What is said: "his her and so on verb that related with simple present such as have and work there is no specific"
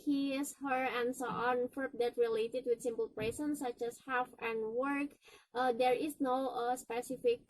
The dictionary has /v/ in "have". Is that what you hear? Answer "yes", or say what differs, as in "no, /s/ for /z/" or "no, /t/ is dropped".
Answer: no, /f/ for /v/